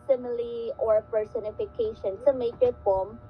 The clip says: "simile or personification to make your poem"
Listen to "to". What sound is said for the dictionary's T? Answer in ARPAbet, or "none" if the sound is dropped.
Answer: S